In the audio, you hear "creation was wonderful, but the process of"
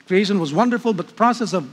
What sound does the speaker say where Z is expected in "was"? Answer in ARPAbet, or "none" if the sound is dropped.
Z